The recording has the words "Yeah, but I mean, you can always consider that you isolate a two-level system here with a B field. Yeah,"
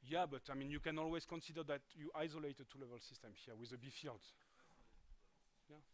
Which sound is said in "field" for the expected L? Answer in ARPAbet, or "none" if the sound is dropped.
L